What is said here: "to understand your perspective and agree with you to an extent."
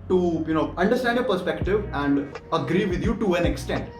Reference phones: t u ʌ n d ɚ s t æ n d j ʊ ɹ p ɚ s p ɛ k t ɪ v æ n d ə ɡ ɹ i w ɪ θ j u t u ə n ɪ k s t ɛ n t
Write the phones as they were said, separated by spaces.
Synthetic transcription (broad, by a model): t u ʌ n d ɚ s t æ n d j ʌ p ɚ s p ɛ k t ɪ v æ n d ə ɡ ɹ i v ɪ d j u t u ə n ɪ k s t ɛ n t